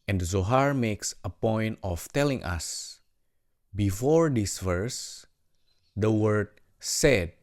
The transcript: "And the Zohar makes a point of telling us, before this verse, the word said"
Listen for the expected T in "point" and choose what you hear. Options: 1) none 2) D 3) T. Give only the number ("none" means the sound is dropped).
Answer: 3